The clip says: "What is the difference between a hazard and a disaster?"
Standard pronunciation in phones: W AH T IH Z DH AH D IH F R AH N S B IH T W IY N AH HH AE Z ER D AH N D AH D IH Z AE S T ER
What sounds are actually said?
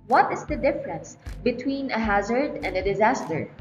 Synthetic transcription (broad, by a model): W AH T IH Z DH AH D IH F R AH N S B IH T W IY N AH HH AE Z ER D AH N D AH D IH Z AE S T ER